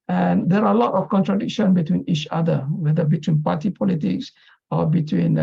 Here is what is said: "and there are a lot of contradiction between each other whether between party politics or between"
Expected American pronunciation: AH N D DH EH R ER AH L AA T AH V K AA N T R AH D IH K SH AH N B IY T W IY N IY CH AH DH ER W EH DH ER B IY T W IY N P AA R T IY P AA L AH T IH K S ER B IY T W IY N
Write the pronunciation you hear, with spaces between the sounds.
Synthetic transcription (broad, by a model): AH N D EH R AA AH L AA T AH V K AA N T R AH D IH K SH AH N B IY T W IY N IY CH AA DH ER W EH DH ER B IY T W IY N P AA T IY P AA L AH T IH K S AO B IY T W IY N